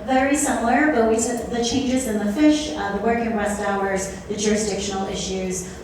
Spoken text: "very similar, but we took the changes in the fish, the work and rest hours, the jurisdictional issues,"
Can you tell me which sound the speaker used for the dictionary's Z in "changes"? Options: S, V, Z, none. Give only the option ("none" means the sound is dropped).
Z